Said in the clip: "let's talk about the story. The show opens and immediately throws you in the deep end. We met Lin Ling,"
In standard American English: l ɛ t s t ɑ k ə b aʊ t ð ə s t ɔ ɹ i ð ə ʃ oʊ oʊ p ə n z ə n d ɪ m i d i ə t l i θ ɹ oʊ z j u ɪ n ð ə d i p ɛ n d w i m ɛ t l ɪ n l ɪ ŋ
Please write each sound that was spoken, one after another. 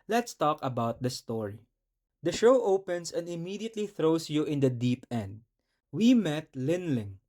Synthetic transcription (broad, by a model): l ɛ t s t ɑ k ə b aʊ t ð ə s t ɔ ɹ i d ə ʃ oʊ oʊ p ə n s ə n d ɪ m i d i ə t l i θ ɹ oʊ s j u ɪ n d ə d i p ɛ n d w i m ɛ t l ɪ n l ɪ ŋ